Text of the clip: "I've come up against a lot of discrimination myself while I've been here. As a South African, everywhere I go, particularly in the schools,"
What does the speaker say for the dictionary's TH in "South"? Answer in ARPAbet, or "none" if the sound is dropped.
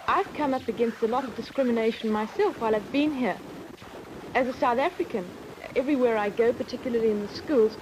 TH